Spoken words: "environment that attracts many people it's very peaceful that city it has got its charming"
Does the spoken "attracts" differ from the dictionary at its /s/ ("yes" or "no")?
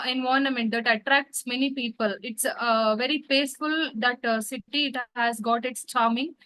no